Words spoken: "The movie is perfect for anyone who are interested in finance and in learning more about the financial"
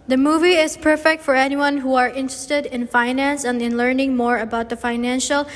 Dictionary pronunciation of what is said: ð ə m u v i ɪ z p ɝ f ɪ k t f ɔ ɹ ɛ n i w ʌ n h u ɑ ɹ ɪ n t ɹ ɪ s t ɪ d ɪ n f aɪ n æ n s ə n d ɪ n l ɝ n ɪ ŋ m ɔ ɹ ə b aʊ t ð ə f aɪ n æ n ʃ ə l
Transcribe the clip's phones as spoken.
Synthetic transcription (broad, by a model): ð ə m u v i ɪ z p ɝ f ɪ k t f ɔ ɹ ɛ n i w ʌ n h u ɑ ɹ ɪ n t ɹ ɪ s t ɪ d ɪ n f aɪ n æ n s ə n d ɪ n l ɝ n ɪ ŋ m ɔ ɹ ə b aʊ t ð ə f aɪ n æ n ʃ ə l